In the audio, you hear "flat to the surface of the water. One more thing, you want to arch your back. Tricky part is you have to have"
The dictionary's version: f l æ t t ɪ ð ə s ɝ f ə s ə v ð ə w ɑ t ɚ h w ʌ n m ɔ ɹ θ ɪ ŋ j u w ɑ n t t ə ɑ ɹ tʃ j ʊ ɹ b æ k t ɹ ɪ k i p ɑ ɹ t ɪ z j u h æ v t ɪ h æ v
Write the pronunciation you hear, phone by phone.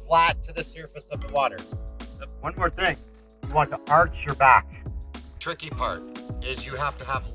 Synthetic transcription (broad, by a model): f l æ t t ɪ ð ə s ɝ f ə s ə v ð ə w ɑ t ɚ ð w ʌ n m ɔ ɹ θ ɪ ŋ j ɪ w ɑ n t t ə ɑ ɹ tʃ j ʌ ɹ b æ k t ɹ ɪ k i p ɑ ɹ t ɪ z j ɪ h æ f t ɪ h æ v